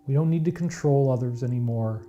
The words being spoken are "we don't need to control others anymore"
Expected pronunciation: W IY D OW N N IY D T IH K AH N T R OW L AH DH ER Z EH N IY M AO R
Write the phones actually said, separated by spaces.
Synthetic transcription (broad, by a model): W IY D OW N N IY D T IH K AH N T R OW L AH DH ER Z EH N IY M AO R